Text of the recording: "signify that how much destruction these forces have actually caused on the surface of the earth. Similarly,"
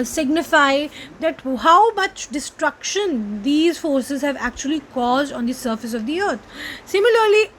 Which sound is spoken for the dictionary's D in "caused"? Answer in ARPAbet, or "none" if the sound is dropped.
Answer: D